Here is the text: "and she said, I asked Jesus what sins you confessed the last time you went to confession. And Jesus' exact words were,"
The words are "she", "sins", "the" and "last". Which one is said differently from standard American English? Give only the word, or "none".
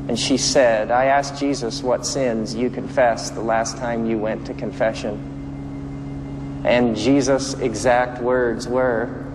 none